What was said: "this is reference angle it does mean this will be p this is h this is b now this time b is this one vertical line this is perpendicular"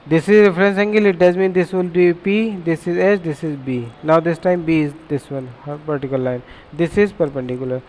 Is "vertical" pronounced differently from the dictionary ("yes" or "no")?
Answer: yes